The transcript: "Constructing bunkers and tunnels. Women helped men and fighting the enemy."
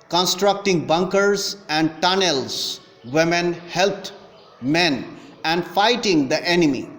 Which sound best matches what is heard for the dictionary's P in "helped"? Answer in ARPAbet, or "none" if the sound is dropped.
none